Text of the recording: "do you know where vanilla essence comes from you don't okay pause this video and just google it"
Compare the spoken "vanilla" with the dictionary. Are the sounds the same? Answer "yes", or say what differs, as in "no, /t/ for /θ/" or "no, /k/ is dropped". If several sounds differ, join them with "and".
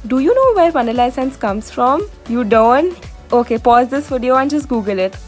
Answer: no, /p/ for /v/